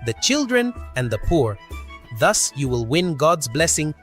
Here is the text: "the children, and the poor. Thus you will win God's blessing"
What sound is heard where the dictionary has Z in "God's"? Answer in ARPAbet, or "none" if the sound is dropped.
Z